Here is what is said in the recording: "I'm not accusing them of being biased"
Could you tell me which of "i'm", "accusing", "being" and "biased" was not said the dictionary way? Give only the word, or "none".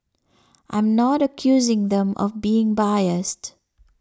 none